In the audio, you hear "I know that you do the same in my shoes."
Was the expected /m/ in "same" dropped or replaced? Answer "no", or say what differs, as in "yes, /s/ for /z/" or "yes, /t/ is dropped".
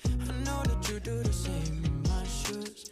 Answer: yes, /m/ is dropped